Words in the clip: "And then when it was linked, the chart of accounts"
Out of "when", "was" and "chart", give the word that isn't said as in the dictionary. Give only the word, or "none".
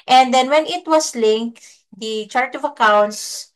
was